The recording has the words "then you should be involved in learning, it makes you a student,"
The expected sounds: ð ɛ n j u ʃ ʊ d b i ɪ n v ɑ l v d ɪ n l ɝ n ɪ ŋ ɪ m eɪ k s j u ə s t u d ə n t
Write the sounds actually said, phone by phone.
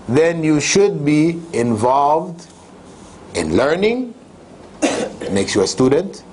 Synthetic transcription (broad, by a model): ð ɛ n j u ʃ ʊ d b i ɪ n v ɑ l v d ɪ n l ɝ n ɪ ŋ m eɪ k s j u ə s t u d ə n t